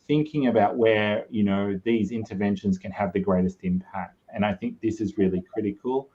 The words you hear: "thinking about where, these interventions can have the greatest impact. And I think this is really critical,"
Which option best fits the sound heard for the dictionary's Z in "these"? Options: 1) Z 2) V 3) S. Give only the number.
1